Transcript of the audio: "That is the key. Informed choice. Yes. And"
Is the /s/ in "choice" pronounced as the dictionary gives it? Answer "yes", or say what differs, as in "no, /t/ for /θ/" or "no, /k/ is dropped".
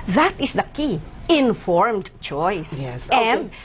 no, /s/ is dropped